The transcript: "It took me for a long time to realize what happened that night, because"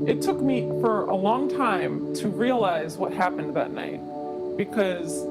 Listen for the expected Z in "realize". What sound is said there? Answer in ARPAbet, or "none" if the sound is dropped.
Z